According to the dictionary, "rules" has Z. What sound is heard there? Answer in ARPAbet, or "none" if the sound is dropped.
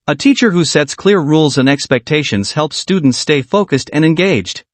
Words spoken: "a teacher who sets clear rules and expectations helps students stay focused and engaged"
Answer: Z